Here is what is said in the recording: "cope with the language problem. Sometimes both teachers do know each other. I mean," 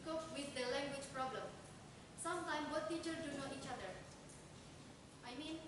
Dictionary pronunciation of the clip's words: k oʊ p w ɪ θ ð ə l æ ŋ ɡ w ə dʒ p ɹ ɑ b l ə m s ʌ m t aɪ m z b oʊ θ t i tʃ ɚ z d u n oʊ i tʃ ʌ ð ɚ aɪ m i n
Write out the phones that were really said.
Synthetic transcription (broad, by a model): k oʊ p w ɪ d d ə l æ ŋ ɡ w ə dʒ p ɹ ɑ b l ə m s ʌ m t aɪ m b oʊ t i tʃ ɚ d u n oʊ i tʃ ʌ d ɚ aɪ m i n